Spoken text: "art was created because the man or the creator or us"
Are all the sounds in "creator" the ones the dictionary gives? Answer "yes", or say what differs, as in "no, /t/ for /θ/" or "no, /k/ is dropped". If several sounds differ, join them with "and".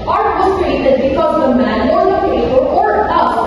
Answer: no, /ɹ/ is dropped